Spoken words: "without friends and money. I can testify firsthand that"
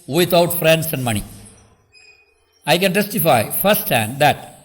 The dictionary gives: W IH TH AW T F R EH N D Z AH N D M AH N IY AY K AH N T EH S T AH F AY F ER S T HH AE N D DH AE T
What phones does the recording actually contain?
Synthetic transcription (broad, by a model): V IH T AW T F R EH N D S AH N D M AH N IY AY K AH N T EH S T AH F AY F ER S T HH AE N D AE T